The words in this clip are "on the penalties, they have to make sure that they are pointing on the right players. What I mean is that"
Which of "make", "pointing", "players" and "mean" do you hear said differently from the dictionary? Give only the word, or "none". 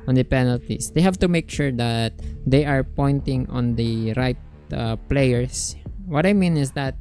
players